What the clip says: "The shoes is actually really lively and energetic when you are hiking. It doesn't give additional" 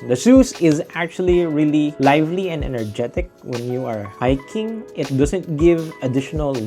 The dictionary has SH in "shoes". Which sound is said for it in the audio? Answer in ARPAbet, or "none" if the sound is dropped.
S